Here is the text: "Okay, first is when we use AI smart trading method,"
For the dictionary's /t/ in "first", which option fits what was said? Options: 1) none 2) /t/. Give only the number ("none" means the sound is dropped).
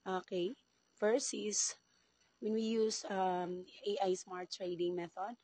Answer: 1